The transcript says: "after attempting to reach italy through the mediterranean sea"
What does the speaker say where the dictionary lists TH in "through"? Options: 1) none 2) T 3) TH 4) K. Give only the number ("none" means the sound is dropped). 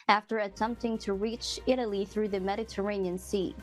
3